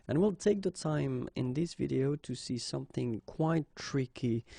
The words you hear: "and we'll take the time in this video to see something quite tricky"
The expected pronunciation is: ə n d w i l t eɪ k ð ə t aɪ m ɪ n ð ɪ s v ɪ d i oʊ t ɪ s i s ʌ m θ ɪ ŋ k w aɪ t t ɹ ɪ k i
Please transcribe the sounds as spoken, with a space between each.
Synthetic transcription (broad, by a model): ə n w i l t eɪ k ð ə t aɪ m ɪ n ð ɪ s v ɪ d i oʊ t ɪ s i s ʌ m θ ɪ ŋ k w aɪ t t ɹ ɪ k i